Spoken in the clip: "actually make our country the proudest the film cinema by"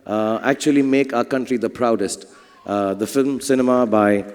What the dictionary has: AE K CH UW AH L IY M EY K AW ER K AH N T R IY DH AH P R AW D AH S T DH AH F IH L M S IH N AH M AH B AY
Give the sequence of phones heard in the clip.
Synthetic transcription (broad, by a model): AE K CH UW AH L IY M EY K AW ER K AH N T R IY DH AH P R AW D AH S T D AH F IH L M S IH N AH M AH B AY